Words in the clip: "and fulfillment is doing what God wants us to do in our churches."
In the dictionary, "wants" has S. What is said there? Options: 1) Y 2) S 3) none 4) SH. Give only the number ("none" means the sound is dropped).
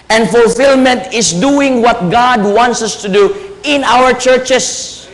2